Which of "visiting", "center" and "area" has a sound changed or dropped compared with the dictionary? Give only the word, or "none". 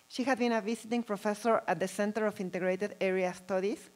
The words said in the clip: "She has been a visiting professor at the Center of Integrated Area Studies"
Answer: visiting